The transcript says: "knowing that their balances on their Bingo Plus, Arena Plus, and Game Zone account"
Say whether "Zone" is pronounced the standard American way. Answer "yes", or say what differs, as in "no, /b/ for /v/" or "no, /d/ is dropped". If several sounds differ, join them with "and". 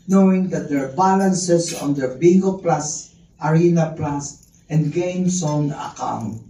no, /s/ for /z/